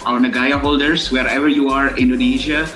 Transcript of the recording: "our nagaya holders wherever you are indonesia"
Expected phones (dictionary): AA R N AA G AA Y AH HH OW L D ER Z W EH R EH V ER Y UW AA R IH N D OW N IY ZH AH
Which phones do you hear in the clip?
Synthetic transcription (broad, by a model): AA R N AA G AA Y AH HH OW L D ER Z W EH R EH V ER Y UW AA R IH N D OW N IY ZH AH